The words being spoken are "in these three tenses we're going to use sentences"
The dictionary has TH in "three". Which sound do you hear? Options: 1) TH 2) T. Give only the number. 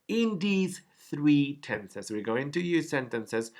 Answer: 1